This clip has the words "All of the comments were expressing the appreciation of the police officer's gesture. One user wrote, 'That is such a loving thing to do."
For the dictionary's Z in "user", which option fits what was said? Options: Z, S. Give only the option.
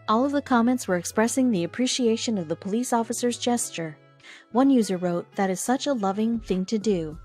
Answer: Z